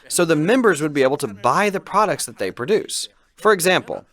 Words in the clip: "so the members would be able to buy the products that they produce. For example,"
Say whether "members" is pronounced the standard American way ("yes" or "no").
yes